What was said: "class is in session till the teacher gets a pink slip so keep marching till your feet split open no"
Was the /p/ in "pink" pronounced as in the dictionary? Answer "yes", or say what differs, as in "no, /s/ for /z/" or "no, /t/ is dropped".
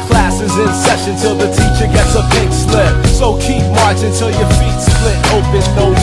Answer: no, /b/ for /p/